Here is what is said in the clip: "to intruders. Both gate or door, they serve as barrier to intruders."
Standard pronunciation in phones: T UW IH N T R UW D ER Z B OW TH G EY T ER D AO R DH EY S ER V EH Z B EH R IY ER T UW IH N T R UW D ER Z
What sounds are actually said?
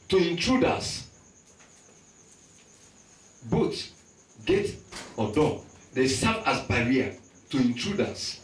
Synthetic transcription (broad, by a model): T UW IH N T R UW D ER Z B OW T G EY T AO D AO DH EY S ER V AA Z B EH R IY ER T UW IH N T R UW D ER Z